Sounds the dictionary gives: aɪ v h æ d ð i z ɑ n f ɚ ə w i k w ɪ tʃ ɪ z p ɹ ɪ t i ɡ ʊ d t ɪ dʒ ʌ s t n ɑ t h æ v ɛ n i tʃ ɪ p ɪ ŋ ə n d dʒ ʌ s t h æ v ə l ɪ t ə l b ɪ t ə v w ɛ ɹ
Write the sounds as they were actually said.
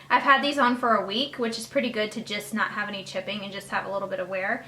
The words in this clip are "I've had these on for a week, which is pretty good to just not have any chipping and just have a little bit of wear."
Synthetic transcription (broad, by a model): aɪ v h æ d ð i z n f ɚ ə w i k w ɪ tʃ ɪ z p ɹ ɪ t i ɡ ʊ d t ɪ dʒ ʌ s t n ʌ t h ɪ v ɛ n i tʃ ɪ p ɪ ŋ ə n dʒ ʌ s t h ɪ v ə l ɪ t l b ɪ t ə w ɛ ɹ